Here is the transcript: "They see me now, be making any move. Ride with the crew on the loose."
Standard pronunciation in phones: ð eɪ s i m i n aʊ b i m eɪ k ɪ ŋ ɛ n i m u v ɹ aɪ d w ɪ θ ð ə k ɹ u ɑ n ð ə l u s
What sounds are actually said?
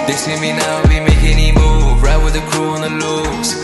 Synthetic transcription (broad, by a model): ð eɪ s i m i n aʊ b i m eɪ ɪ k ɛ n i m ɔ b ɹ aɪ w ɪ ð ə k ɹ u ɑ n ð ə l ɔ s